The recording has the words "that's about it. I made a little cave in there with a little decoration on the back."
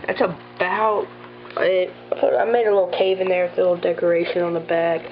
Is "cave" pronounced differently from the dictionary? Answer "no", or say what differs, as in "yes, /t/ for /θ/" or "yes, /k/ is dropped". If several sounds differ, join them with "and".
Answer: no